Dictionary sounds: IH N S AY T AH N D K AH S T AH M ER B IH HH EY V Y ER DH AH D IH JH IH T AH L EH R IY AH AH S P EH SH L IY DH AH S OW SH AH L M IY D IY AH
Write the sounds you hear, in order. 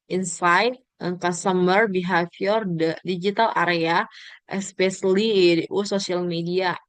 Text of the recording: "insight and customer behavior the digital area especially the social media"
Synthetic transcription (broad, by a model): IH N S AY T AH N K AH S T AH M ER B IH HH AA F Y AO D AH D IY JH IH T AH L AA R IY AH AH S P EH S L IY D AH S OW S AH L M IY D IY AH